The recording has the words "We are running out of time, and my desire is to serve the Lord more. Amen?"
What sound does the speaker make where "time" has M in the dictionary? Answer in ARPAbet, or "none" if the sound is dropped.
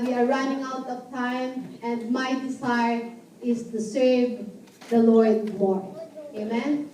M